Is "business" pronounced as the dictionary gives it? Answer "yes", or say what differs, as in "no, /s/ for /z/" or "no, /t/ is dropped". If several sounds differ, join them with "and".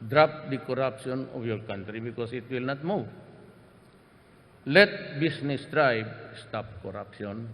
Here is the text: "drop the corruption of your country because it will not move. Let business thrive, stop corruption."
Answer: no, /s/ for /z/